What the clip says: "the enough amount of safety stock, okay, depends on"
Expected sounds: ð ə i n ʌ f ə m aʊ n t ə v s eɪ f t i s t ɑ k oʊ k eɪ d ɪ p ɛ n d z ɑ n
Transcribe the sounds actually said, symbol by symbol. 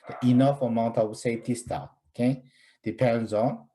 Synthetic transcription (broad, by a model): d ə i n ʌ f ə m aʊ n t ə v s eɪ f t i s t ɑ oʊ k eɪ d ɪ p ɛ n d z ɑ n